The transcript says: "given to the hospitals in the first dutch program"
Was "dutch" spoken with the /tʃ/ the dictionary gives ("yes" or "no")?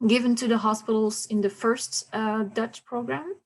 yes